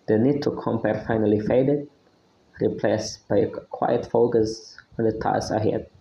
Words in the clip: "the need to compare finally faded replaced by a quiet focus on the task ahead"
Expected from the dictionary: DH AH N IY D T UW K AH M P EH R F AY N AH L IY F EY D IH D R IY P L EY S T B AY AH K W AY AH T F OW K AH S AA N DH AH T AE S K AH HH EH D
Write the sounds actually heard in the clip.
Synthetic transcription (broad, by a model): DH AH N IY D T UW K AH M P EH R F AY N AH L IY F EY D IH D R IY P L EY S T B AY AH K W AY AH T F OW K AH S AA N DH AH T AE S AH HH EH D